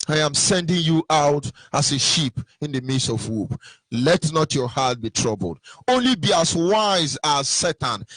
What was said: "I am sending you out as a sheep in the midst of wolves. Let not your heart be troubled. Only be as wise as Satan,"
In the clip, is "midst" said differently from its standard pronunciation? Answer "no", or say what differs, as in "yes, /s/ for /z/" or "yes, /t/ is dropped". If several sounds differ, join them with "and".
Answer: yes, /t/ is dropped